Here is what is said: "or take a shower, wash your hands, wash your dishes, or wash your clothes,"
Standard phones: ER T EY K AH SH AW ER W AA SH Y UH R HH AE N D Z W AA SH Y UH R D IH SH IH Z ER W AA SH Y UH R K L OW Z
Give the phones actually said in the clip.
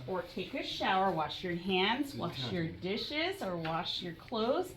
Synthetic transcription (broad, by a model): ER T EY K AH SH AW ER W AA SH Y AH R HH AE N D Z W AA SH Y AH R D IH SH IH Z ER W AA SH Y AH R K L OW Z